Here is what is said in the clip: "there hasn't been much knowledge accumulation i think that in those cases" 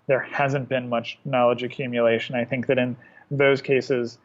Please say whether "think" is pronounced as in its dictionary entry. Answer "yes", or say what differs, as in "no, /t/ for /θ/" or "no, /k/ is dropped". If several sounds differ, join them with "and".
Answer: yes